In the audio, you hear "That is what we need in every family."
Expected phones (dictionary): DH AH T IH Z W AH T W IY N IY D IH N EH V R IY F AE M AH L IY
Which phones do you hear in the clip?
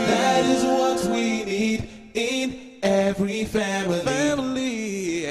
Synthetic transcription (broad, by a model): DH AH T IH Z W AH T W IY N IY D IH N EH V R IY F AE M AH L IY